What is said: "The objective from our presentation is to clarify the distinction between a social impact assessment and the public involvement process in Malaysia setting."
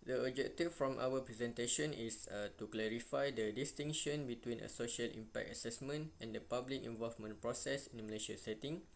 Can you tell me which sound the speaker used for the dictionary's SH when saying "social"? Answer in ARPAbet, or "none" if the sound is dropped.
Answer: SH